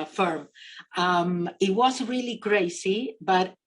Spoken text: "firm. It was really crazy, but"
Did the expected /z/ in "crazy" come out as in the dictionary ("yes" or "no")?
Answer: no